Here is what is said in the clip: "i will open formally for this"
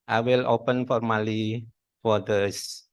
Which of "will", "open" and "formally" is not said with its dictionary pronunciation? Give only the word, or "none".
none